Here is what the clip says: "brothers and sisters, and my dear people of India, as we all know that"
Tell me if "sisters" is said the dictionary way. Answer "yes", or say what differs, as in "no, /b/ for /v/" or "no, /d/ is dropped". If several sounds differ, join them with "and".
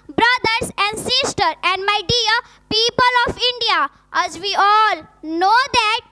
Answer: no, /z/ is dropped